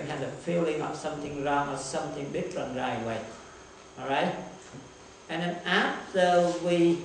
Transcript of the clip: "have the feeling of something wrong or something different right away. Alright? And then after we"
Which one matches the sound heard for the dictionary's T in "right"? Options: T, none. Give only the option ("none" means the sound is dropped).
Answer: none